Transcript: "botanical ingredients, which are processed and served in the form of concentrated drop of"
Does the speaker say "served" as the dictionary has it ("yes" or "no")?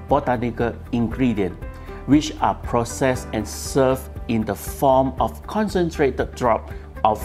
no